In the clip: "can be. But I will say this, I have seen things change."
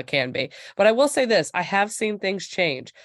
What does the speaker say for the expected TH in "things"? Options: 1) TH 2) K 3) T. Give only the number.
1